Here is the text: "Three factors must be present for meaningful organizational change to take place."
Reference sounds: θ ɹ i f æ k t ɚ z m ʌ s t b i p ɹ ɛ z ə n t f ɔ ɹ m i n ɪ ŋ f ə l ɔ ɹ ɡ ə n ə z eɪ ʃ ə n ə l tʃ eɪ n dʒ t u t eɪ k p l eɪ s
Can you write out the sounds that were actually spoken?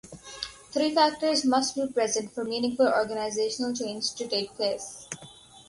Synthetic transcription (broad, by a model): t ɹ i f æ k t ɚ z m ʌ s t b i p ɹ ɛ z ə n t f ɔ ɹ m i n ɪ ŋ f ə l ɔ ɹ ɡ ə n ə z eɪ ʃ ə n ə l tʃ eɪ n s t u t eɪ k p l eɪ s